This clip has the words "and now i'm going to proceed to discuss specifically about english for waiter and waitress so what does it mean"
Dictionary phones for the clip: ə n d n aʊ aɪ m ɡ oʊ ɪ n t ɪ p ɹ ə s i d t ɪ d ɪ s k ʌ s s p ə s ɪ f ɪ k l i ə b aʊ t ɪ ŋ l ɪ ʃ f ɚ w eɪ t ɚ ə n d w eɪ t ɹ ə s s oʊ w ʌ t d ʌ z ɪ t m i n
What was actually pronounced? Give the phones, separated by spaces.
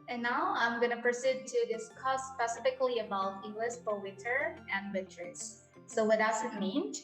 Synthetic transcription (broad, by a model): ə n n aʊ aɪ m ɡ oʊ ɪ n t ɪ p ɹ ə s i d t ɪ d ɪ s k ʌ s s p ə s ɪ f ɪ k l i ə b aʊ t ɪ l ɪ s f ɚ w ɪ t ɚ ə n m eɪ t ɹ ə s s oʊ w ʌ t d ʌ z ɪ t m i n